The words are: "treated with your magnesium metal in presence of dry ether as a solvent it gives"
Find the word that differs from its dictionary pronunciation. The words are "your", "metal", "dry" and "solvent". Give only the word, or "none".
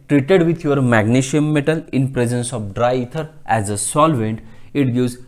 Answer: none